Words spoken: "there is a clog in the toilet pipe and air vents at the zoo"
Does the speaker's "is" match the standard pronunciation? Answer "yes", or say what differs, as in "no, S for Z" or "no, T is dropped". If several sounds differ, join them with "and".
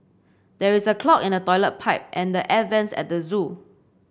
no, S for Z